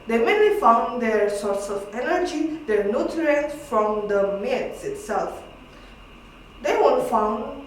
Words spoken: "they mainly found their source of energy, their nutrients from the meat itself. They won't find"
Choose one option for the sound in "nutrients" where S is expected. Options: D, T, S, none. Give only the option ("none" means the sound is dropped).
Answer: none